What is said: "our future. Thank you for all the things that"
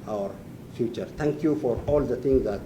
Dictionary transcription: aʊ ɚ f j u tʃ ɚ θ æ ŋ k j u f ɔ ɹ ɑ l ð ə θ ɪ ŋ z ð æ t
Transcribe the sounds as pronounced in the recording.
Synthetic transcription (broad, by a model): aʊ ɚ f j u tʃ ɚ t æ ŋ k j u f ɔ ɹ ɑ l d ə t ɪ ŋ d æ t